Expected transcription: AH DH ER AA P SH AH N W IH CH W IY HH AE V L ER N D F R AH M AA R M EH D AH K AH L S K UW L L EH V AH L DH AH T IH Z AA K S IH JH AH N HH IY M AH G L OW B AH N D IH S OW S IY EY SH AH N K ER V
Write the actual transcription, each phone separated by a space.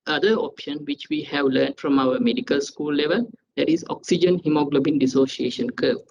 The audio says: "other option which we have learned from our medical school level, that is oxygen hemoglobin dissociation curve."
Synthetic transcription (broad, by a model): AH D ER AA P SH AH N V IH CH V IY HH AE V L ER N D F R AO M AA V M EH D AH K AH L S K UW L L EH V AH L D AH T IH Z AA K S IH JH AH N HH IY M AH G L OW B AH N D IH S OW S IY EY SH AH N K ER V